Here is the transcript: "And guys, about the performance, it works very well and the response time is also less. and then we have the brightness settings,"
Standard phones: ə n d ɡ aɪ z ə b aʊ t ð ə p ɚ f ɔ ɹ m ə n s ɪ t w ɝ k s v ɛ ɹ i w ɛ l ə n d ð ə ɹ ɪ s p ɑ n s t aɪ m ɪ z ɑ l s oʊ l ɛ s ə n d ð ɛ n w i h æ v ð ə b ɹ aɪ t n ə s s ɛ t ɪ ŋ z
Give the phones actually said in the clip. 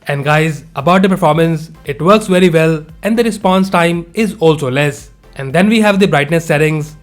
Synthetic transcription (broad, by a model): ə n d ɡ aɪ z ə b aʊ t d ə p ɚ f ɔ ɹ m ə n s ɪ t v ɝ k s v ɛ ɹ i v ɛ l ə n d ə ɹ ɪ s p ɑ n s t aɪ m ɪ z ɑ l s oʊ l ɛ s ə n d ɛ n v i h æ v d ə b ɹ aɪ t n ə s s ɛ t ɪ ŋ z